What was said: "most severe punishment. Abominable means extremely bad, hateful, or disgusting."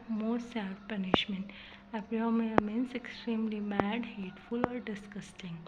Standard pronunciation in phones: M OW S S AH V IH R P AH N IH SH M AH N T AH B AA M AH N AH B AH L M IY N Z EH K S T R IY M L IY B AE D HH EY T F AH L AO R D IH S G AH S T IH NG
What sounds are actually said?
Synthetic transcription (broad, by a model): M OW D S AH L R P AH N IH SH M AH N T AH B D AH AH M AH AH M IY N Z EH K S T R IY M L IY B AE D HH EY T F AH L AO R D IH S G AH S T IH NG